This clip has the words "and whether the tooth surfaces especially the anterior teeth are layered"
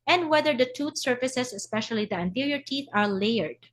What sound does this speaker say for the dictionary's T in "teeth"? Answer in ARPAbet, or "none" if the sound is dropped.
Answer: T